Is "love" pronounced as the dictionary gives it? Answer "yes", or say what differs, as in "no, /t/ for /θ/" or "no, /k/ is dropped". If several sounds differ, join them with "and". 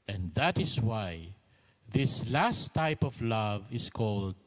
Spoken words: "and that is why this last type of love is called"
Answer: yes